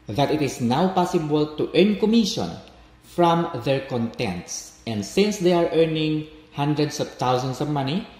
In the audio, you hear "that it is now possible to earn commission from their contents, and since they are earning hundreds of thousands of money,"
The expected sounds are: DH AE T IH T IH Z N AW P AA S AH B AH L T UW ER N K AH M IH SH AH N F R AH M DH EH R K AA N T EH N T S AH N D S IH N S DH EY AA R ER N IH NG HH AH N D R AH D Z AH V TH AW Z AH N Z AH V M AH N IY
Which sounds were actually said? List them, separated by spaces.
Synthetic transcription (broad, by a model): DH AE T IH T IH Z N AW P AA S AH B AH L T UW ER N K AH M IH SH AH N F R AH M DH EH R K AA N T EH N T S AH N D S IH N S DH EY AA R ER N IH NG HH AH N D R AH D S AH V T AW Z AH N S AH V M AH N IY